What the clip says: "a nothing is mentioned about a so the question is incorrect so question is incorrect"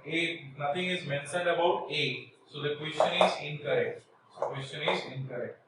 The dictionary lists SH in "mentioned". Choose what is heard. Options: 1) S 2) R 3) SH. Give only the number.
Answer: 1